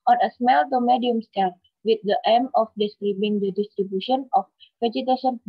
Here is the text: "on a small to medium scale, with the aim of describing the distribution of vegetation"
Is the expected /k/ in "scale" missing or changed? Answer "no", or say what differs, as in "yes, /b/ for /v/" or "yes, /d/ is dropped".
yes, /k/ is dropped